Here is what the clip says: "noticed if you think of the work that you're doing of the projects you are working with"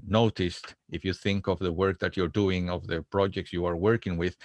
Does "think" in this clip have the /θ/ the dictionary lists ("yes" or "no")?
yes